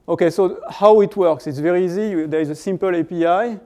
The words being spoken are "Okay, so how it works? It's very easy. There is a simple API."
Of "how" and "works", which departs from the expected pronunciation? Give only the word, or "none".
none